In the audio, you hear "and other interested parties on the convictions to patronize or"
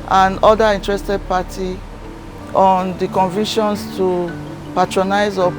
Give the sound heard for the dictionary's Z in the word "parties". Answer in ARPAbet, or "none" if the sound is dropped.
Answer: none